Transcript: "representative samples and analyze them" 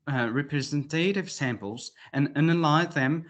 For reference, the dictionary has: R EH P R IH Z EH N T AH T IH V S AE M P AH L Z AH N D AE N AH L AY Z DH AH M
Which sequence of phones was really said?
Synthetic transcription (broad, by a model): R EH P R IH Z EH N T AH T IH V S AE M P AH L Z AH N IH N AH L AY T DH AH M